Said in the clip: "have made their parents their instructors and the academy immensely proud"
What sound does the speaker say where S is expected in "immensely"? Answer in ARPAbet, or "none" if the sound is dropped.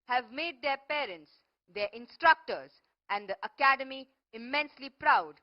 S